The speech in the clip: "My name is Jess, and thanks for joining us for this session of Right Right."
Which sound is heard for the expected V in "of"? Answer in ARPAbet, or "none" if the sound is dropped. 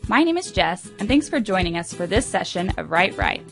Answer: V